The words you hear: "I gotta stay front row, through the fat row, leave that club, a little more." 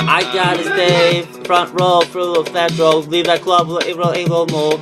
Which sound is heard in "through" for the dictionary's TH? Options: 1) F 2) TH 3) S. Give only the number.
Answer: 1